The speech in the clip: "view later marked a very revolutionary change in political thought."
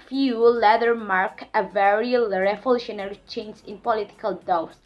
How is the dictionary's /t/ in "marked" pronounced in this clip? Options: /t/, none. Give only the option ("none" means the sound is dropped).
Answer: none